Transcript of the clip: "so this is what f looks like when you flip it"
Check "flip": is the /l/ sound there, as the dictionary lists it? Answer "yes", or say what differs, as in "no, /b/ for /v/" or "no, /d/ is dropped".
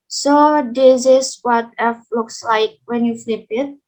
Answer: yes